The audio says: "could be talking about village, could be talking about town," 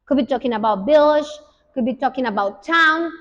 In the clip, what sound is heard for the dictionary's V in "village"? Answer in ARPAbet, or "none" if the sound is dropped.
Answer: B